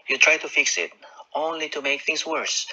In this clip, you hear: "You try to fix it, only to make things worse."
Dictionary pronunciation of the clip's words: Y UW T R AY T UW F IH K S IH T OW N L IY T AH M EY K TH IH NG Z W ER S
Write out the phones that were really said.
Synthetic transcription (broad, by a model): Y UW T R AY T UW F IH K S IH T OW N L IY T AH M EY K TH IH NG S W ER S